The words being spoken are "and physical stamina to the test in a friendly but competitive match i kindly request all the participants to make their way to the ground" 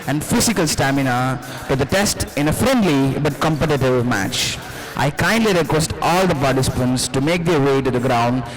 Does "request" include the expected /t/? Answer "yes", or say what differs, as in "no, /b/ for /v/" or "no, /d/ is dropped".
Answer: yes